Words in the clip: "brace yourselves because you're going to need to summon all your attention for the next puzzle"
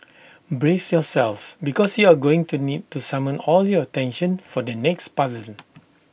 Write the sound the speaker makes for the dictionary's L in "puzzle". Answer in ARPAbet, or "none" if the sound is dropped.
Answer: N